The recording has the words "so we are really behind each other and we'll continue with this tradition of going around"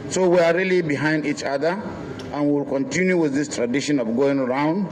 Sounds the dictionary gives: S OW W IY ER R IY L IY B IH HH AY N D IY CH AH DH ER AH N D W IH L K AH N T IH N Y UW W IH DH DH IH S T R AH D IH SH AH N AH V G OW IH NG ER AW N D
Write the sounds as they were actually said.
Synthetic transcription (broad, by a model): S OW W IY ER R IY L IY B IH HH AY N D IY CH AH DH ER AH N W W IH L K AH N T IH N Y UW W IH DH DH IH S T R AH D IH SH AH N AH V G OW IH NG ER AW N D